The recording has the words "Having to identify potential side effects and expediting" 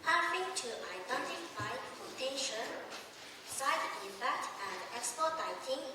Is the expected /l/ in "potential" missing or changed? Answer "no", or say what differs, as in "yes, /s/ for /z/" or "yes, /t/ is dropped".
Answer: yes, /n/ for /l/